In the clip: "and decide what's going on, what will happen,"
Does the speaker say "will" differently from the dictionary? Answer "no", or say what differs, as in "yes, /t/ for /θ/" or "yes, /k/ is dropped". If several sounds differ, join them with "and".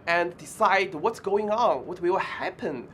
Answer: yes, /w/ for /l/